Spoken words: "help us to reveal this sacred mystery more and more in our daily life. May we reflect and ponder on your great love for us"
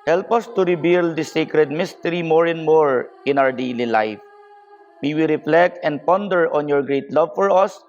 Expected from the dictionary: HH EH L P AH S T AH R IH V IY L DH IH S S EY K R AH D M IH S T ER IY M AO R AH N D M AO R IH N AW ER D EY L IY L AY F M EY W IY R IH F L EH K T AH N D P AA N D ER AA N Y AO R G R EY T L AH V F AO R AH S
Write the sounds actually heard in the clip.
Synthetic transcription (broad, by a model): HH EH L P AH S T AH R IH B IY L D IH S S EY K R AH D M IH S T ER IY M AO R AH N D M AO R IH N AW ER D EY L IY L AY F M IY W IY R IH F L EH K T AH N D P AA N D ER AA N Y AO R G R EY T L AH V F AO R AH S